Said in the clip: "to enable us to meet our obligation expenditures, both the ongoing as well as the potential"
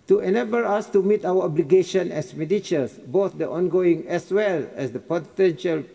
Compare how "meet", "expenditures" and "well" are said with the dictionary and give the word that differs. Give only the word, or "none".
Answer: expenditures